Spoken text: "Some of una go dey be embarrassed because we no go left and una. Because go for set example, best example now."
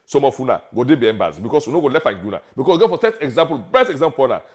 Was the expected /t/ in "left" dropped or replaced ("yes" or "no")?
yes